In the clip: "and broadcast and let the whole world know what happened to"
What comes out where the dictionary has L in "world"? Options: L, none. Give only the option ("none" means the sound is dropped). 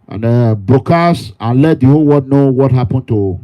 none